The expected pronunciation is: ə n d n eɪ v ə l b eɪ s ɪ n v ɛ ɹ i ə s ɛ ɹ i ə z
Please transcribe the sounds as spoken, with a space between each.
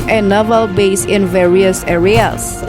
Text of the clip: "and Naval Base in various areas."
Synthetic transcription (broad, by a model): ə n n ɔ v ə l b eɪ s ɪ n v ɛ ɹ i ə s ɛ ɹ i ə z